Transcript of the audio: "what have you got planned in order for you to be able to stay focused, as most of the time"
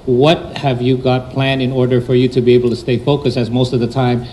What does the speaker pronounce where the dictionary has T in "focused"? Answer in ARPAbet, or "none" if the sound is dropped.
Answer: none